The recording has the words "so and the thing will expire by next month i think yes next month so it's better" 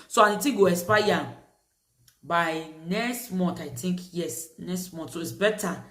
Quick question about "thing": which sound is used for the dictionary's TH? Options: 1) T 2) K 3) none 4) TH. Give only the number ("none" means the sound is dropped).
1